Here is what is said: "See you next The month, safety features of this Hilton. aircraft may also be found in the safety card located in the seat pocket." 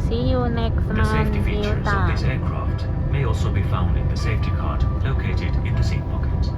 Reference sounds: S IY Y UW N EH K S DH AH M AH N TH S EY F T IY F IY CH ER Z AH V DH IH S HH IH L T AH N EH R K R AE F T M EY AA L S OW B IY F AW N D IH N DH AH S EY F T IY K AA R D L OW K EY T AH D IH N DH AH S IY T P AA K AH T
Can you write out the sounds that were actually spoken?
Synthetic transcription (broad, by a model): S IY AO N EH K S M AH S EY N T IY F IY ER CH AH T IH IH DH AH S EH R K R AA F T M EY AA L S OW B IY F AW N D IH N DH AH S EY F T IY K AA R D L OW K EY T AH D IH N DH AH S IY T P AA K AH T